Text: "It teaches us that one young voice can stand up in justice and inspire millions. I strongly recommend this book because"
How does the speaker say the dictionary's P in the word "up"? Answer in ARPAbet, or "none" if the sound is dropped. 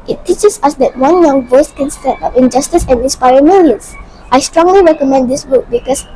F